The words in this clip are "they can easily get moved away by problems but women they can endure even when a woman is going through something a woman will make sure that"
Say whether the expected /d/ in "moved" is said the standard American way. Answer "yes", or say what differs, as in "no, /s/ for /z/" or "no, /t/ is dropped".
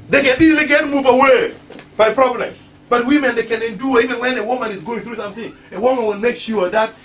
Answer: no, /d/ is dropped